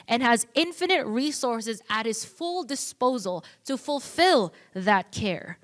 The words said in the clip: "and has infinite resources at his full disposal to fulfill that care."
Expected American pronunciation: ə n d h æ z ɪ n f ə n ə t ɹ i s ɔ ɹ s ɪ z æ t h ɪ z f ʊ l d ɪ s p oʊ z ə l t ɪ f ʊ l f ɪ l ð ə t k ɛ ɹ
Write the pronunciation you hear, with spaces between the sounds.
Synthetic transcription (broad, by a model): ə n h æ z ɪ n f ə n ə t ɹ i s ɔ ɹ s ɪ z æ t h ɪ z f ʊ l d ɪ s p oʊ z ə l t ɪ f ʊ l f ɪ l ð ə t k ɛ ɹ